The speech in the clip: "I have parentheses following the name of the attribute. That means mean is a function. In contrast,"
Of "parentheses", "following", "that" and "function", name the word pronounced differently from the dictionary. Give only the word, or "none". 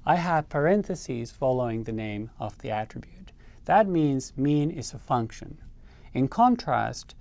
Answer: none